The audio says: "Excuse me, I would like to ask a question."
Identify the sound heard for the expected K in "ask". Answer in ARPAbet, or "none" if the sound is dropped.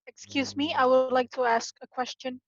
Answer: K